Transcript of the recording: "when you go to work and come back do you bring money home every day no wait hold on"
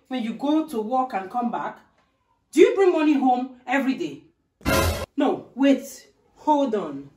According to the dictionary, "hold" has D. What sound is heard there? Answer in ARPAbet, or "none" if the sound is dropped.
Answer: D